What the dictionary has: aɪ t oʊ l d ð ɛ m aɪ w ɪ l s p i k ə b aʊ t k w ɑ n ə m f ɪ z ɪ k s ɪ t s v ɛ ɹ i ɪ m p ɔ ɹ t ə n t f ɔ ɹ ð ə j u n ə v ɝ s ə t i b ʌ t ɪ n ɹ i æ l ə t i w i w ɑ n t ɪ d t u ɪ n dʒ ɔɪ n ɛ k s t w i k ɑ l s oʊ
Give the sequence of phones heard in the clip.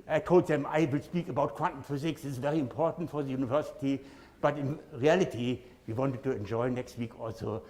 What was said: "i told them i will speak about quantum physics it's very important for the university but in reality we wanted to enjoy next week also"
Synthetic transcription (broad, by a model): aɪ t oʊ l d ð ɛ m aɪ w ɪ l s p i k ə b aʊ t k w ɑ n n f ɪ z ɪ k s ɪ s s v ɛ ɹ i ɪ m p ɔ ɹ t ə n t f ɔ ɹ ð ə j u n ə v ɝ s ə t i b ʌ t ɪ n ɹ i æ l ə t i w i w ɑ n t ɪ d t u ɪ n dʒ ɔɪ n ɛ k s t w i k ɑ l s oʊ